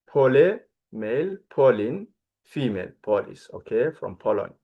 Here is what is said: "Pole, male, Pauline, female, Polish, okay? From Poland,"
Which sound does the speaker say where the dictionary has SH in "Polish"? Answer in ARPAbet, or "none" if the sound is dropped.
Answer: S